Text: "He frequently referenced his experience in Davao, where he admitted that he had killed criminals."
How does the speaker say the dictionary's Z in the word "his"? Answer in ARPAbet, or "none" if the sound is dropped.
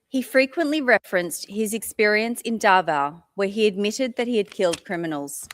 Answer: Z